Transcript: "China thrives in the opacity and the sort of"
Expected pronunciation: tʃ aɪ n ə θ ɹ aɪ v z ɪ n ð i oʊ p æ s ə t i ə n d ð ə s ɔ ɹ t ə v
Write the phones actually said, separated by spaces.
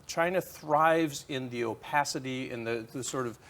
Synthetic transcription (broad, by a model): tʃ aɪ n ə θ ɹ aɪ v z ɪ n ð i oʊ p æ s ə t i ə n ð ð ə s ɔ ɹ t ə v